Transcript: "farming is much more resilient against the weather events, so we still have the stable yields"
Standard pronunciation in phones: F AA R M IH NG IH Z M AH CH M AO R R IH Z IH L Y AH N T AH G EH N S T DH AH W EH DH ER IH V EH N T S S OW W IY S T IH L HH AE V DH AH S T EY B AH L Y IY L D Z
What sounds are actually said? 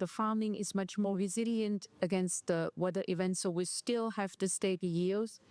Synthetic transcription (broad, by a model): F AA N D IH NG IH Z M AH CH M AO R R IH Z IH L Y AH N T AH G EH N S T DH AH W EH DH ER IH V EH N T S S OW W IY S T IH L HH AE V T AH S T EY AH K Y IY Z